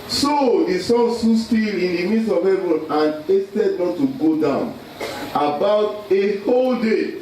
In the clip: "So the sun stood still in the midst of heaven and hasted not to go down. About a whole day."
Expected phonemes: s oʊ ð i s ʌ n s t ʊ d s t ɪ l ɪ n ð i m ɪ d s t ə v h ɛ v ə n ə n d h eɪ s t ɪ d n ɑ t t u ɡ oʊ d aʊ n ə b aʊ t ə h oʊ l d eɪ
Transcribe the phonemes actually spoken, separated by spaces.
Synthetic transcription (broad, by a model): s oʊ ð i s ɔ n s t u s t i l ɪ n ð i m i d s ə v h ɛ v ə n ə n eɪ s t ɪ d n ɑ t t u ɡ oʊ d aʊ n ə b aʊ t ə h oʊ l d eɪ